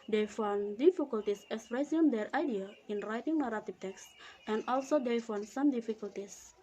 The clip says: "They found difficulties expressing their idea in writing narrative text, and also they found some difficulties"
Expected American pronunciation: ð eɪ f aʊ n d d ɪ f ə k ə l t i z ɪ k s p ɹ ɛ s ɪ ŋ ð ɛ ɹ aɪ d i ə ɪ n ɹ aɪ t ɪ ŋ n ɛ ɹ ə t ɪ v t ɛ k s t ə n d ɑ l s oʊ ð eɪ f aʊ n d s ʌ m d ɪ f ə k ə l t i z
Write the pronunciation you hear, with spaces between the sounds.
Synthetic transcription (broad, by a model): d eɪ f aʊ n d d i f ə k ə l t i s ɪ s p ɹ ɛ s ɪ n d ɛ ɹ aɪ d i ə ɪ n ɹ aɪ t ɪ ŋ n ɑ ɹ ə t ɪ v t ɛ k s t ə n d ɑ l s oʊ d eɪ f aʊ n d s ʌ m d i f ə k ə l t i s